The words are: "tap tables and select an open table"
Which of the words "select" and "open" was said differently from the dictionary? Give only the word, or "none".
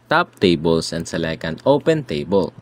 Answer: select